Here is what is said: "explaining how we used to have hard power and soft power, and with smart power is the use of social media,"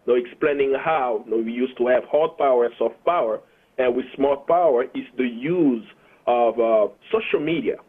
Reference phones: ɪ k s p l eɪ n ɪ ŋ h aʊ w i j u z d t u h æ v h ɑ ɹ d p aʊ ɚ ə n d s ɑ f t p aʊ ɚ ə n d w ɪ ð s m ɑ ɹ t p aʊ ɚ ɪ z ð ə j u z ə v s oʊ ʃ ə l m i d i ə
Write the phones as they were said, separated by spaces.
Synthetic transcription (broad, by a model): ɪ k s p l eɪ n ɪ ŋ h aʊ w i j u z t u h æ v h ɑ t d p aʊ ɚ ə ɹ s ɑ f t p aʊ ɚ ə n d w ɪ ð s m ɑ l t p aʊ ɚ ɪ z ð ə j u z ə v s oʊ ʃ ə l m i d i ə